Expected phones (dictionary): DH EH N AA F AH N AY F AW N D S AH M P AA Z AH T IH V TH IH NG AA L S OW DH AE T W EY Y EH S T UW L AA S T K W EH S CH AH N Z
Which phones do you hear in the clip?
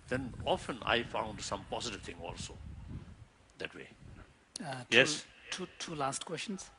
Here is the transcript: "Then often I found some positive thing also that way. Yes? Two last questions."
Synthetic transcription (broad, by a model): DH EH N AA F AH N AY F AW N D S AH M P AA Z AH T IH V T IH NG AA L S OW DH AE T W EY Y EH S T UW L AA S T K W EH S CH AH N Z